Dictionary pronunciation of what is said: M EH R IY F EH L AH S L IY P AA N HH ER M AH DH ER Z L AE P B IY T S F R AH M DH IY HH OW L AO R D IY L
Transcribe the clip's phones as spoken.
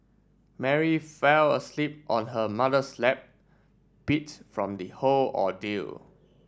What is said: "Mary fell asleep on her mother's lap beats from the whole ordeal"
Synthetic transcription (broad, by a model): M EH R IY F EH L AH S L IY P AA N HH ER M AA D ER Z L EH P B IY T F R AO M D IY HH OW L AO D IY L